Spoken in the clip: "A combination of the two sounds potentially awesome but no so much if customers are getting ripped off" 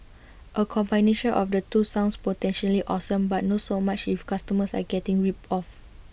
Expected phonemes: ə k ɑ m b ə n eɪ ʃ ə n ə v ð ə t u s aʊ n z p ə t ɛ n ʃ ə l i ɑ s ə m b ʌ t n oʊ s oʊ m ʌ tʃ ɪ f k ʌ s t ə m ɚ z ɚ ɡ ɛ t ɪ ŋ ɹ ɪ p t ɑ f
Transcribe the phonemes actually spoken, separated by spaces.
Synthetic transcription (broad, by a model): ə k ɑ m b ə n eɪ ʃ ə n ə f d ə t u s aʊ n s p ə t ɛ n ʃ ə l i ɑ s ə m b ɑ t n oʊ s oʊ m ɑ tʃ ɪ f k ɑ s t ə m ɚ s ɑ ɡ ɛ t ɪ ŋ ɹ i p ɑ f